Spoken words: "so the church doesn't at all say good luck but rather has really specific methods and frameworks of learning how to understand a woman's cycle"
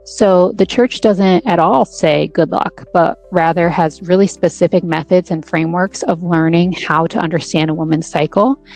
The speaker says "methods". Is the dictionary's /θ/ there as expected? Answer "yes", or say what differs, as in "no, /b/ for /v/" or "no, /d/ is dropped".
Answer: yes